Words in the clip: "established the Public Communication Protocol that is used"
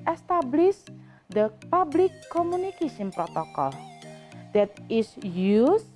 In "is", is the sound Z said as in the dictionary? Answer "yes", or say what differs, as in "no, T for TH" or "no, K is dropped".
no, S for Z